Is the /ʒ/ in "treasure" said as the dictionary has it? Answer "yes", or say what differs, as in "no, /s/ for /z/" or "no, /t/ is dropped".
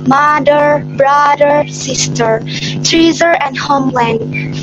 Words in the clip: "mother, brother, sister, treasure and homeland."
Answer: no, /z/ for /ʒ/